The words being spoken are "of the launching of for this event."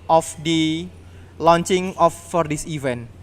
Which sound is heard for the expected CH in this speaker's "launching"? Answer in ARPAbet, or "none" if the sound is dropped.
CH